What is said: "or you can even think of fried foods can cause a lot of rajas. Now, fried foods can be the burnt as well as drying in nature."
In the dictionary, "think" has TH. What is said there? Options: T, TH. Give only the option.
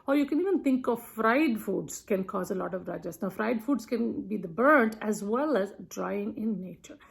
T